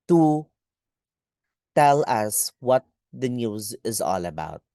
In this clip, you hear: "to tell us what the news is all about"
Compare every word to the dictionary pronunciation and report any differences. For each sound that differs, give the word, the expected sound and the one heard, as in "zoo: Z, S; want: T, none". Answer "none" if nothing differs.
none